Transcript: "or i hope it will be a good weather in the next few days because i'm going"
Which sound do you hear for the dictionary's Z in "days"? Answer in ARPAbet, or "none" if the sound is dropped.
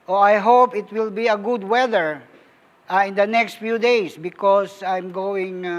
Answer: S